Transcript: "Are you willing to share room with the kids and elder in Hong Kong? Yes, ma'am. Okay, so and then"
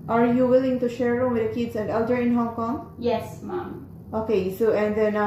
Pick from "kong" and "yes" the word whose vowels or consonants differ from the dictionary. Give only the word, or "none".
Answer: none